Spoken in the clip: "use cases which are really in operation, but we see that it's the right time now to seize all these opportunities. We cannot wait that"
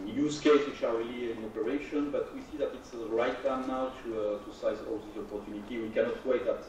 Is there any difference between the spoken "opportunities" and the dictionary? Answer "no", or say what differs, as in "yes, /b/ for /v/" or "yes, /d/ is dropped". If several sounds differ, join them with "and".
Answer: yes, /z/ is dropped